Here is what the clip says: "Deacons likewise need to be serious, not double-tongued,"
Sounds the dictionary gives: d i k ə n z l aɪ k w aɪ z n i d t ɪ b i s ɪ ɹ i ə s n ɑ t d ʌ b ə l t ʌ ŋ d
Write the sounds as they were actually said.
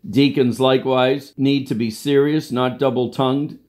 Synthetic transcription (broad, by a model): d i k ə n z l aɪ k w aɪ z n i d t ɪ b i s ɪ ɹ i ə s n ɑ t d ʌ b l t ʌ ŋ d